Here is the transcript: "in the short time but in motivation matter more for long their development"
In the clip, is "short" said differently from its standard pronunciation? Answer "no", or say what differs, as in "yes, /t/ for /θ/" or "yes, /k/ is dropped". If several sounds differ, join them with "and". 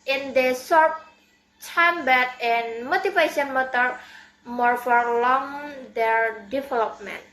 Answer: yes, /s/ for /ʃ/